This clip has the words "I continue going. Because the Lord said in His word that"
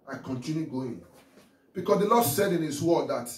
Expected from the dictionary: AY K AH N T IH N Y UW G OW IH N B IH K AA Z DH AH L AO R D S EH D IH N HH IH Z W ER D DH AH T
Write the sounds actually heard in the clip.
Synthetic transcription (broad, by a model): AY K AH N T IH N Y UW G OW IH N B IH K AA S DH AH L AO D S EH D IH N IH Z W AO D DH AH T